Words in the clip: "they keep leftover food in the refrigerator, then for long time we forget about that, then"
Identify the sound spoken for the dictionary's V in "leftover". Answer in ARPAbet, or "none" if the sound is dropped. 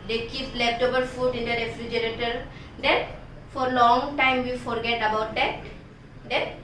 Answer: B